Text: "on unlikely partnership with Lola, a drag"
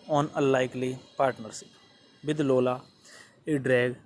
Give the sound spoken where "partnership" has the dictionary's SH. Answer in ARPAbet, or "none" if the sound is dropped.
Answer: S